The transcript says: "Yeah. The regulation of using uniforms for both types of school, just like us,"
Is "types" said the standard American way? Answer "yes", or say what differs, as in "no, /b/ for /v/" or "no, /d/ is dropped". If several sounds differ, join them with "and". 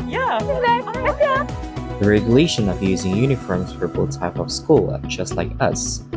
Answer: no, /s/ is dropped